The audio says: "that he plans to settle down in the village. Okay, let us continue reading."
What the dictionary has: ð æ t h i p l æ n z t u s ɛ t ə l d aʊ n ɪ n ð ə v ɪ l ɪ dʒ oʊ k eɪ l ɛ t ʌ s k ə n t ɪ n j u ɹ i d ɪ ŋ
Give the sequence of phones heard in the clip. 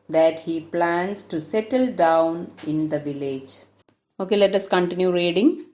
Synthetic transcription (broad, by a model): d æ t h i p l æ n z t u s ɛ t ə l d aʊ n ɪ n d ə v ɪ l ɪ dʒ oʊ k eɪ l ɛ t ʌ s k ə n t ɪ n j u ɹ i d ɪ ŋ